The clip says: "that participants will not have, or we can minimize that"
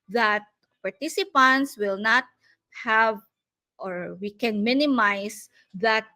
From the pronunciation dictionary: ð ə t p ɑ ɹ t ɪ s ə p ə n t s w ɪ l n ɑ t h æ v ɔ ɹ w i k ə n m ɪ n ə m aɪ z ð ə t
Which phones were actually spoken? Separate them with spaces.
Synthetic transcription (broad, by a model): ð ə t p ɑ ɹ t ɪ s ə p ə n t s w ɪ l n ɑ t h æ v ɔ ɹ w i k ə n m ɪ n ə m aɪ s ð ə t